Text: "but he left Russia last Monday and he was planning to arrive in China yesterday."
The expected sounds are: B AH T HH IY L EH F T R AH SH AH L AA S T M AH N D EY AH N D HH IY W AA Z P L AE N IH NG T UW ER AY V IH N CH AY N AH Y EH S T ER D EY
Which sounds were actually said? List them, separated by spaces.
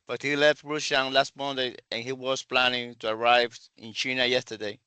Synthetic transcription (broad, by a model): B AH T HH IY L EH F T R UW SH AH L AA S T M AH N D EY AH N HH IY W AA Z P L AE N IH NG T UW ER AY V IH N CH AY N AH Y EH S T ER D EY